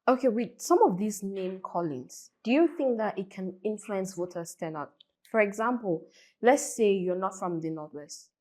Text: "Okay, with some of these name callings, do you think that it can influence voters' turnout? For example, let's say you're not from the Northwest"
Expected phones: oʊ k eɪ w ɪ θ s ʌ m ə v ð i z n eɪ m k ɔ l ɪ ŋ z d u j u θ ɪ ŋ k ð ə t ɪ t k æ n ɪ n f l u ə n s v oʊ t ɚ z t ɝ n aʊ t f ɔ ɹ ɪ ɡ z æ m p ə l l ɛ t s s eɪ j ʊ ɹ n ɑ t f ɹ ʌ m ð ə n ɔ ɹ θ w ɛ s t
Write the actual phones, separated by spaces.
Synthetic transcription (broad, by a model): oʊ k eɪ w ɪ s ʌ m ə v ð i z n eɪ m k ɔ l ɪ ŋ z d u j u θ ɪ ŋ k ð ə t ɪ t k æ n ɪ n f l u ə n s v oʊ t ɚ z t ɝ n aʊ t f ɔ ɹ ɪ ɡ z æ m p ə l l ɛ t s s eɪ j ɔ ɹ n ɑ t f ɹ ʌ m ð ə n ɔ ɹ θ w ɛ s t